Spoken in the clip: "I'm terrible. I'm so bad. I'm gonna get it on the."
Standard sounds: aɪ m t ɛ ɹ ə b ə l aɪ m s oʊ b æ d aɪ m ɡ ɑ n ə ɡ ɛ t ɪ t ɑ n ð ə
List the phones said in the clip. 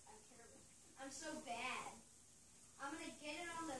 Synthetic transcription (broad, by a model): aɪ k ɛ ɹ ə ə m s oʊ b æ d aɪ m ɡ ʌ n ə ɡ ɛ t ɪ t n ð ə